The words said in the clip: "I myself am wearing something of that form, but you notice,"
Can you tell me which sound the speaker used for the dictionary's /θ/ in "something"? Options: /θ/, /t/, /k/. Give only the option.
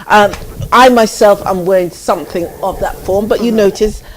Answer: /θ/